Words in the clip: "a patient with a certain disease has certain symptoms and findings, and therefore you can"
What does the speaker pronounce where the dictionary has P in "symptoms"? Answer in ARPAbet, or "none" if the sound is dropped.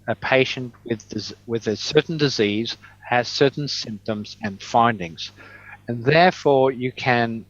P